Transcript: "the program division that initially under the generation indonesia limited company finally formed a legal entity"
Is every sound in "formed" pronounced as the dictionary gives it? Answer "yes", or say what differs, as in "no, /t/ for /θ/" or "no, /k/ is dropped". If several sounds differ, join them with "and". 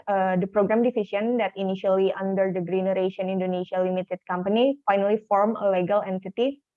no, /d/ is dropped